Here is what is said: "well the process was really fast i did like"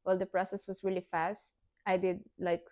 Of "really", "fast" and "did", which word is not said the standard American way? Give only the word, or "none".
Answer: none